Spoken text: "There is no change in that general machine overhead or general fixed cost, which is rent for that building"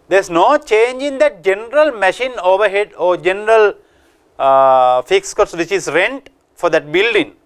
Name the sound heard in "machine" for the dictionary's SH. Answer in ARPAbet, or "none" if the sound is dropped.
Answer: SH